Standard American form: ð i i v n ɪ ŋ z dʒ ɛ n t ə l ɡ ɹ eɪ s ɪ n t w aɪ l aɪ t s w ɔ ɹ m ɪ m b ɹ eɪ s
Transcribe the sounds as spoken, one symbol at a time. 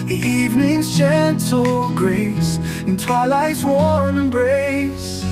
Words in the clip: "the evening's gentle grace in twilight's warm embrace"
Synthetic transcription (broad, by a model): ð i i v n ɪ ŋ z tʃ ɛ n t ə l ɡ ɹ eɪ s ɪ n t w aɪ l aɪ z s w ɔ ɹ ɪ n b ɹ eɪ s